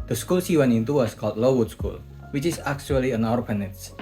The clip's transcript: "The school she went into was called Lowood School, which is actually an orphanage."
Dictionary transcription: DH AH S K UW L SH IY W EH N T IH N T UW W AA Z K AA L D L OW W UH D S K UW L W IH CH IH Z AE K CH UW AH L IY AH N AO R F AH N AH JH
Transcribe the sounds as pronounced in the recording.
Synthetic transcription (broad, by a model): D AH S K UW L S IY W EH N IH N T UW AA S K AA L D L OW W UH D S K UW L W IH CH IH S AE K CH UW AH L IY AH N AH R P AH N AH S